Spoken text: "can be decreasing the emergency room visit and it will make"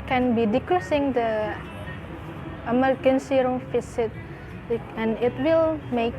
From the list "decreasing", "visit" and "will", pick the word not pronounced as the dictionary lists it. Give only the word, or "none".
visit